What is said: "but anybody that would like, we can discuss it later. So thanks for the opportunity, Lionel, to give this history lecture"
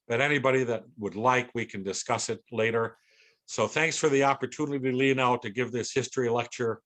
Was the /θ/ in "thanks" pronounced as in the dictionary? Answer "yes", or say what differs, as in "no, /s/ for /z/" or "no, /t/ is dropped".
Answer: yes